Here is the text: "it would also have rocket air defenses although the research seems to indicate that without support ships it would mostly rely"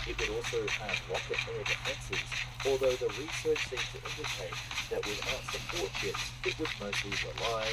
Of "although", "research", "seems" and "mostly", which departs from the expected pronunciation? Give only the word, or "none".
seems